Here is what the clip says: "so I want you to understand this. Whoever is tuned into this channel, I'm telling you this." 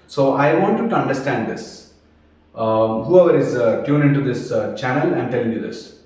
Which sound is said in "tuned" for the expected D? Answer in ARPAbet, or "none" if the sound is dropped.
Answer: none